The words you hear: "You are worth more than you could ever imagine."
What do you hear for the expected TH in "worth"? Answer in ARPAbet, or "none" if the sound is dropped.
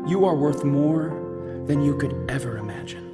TH